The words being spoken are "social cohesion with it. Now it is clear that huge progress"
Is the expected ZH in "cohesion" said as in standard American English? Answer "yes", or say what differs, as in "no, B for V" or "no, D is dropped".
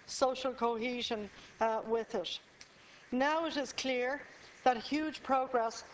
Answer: yes